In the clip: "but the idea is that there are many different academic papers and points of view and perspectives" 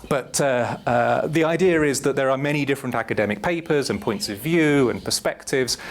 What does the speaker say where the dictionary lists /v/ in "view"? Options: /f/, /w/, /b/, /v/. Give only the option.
/v/